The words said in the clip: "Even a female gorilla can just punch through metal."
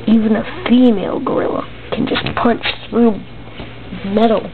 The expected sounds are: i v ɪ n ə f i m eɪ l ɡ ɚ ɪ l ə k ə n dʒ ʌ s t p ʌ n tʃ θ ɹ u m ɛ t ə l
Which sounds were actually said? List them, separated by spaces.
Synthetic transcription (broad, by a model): i v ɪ n ə f i m eɪ l ɡ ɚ ɪ l ə k ə n dʒ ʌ s p ʌ n tʃ θ ɹ u m ɛ t l